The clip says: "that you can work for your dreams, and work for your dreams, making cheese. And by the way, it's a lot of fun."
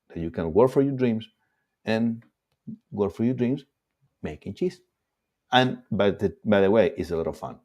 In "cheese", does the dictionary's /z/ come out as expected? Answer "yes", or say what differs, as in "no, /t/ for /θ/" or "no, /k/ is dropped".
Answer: no, /s/ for /z/